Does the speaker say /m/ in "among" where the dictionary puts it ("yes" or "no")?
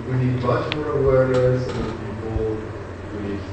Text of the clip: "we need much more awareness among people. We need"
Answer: no